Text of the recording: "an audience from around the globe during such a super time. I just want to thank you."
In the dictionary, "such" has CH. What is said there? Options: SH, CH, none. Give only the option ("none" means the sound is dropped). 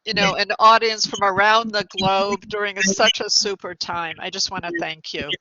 CH